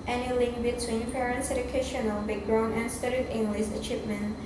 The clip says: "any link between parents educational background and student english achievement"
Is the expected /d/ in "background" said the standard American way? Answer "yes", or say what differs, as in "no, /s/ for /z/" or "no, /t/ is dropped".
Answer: no, /d/ is dropped